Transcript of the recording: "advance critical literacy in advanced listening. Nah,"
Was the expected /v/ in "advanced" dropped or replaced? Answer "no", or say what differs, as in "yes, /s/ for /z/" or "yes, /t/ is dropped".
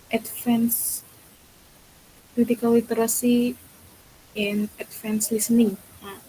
yes, /f/ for /v/